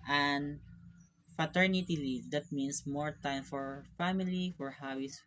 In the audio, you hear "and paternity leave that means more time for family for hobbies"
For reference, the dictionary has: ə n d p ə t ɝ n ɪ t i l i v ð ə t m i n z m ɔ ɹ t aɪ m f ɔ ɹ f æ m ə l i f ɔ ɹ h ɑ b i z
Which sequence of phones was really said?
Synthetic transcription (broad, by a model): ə n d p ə t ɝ n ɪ t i l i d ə t m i n s m ɔ ɹ t aɪ m f ɔ ɹ f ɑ m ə l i f ɔ ɹ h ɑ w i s